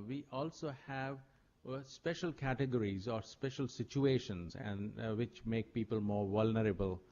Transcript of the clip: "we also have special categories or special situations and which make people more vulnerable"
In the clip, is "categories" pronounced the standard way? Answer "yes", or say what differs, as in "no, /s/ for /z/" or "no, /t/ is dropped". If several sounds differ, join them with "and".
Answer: yes